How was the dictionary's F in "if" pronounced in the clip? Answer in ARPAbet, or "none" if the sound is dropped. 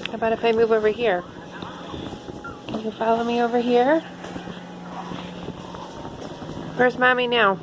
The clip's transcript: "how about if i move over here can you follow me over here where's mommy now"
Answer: P